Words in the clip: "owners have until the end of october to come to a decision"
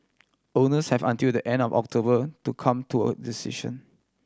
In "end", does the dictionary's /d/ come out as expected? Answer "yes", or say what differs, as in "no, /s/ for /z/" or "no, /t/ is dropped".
yes